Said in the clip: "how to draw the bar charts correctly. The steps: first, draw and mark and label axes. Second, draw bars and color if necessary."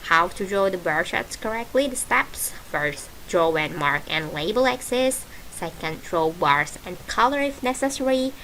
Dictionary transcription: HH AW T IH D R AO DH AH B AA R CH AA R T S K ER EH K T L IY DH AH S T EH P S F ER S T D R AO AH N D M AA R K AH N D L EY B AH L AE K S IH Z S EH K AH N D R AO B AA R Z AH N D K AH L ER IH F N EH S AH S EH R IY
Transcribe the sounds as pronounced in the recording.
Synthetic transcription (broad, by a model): HH AW T IH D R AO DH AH B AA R SH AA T S K ER EH K T L IY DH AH S T EH P S F ER S T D R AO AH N M AA R K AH N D L EY B AH L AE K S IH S S EH K AH N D R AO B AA R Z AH N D K AH L ER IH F N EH S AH S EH R IY